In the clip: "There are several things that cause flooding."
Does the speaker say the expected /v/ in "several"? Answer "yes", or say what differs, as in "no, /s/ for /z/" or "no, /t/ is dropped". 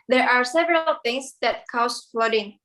yes